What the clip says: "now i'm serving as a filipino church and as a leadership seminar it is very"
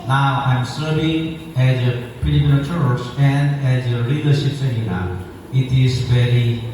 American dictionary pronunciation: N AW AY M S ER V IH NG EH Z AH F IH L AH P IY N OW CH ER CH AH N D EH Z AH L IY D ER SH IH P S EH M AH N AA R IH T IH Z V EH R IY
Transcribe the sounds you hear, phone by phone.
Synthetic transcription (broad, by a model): N AW AY M S ER V IH NG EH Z AH P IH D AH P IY L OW CH ER CH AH N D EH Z AH L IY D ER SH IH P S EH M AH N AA IH T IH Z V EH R IY